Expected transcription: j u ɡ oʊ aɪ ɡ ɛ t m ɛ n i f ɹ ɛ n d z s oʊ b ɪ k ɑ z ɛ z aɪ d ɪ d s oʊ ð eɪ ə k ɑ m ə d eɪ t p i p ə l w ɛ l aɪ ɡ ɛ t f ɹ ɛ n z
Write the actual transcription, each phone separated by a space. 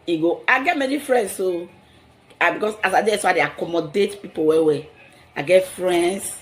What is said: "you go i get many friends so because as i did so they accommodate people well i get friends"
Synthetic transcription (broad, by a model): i ɡ oʊ aɪ ɡ ɛ t m ɛ n i f ɹ ɛ n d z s oʊ b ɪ k ɑ s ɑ s aɪ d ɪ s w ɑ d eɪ ə k ɑ m ə d eɪ t p i p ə w w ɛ aɪ ɡ ɛ t f ɹ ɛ n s